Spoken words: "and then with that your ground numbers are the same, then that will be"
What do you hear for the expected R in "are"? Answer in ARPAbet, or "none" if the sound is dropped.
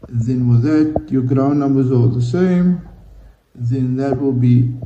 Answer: L